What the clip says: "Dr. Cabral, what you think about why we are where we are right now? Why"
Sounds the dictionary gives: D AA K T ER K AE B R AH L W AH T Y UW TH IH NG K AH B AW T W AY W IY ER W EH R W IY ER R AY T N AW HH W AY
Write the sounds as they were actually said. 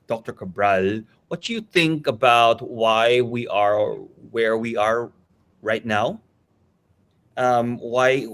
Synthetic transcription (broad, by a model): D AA K T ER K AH B R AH L W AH T Y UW TH IH NG K AH B AW T W AY W IY ER W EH R W IY ER R AY T N AW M W AY